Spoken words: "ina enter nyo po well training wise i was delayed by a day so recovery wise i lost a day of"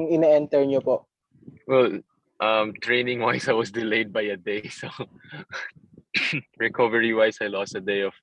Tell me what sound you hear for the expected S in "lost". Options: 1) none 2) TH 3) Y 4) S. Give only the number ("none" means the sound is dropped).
4